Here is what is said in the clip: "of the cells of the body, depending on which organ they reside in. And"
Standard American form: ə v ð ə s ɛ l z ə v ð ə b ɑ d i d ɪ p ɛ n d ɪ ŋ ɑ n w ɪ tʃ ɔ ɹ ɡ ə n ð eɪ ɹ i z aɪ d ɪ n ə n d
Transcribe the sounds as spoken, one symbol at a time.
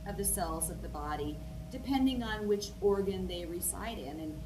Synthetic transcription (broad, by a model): ə v ð ə s ɛ l z ə v ð ə b ɑ d i d ɪ p ɛ n d ɪ ŋ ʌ n w ɪ tʃ ɔ ɹ ɡ ə n ð eɪ ɹ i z aɪ d ɪ n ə n